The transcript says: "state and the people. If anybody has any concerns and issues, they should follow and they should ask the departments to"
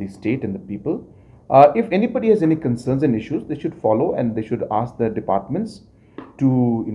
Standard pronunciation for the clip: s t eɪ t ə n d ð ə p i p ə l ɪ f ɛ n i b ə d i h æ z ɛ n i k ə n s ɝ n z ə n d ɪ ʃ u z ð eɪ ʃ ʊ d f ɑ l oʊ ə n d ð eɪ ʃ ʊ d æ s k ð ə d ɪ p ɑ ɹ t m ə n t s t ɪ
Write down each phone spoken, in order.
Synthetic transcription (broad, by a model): s t eɪ t ə n d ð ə p i p ə l ɪ f ɛ n i b ə d i h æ z ɛ n i k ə n s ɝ n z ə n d ɪ ʃ u z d eɪ ʃ ʊ d f ɑ l oʊ ə n d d eɪ ʃ ʊ d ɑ s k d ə d ɪ p ɑ ɹ t m ə n t s t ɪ